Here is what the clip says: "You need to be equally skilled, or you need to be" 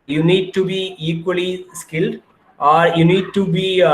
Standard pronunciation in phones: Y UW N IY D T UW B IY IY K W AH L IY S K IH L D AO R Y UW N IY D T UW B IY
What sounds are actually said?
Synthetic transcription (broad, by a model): Y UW N IY D T UW B IY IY K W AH L IY S K IH L D AO R Y UW N IY D T UW B IY